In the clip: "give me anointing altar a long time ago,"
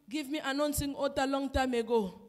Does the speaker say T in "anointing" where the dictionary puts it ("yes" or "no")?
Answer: no